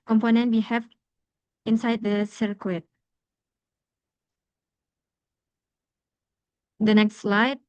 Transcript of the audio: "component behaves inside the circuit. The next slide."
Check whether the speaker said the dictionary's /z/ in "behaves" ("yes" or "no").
no